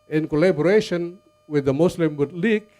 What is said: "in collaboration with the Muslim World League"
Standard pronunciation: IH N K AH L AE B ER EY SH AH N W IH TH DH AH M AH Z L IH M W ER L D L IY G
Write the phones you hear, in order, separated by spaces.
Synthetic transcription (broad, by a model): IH N K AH L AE B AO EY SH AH N W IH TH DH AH M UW S L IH M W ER D L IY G